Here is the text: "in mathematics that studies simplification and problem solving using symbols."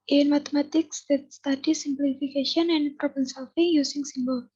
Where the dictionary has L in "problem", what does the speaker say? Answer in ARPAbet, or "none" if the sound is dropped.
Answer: none